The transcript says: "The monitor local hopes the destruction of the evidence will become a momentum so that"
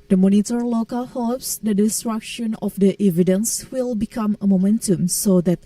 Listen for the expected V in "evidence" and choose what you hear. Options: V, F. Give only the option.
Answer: V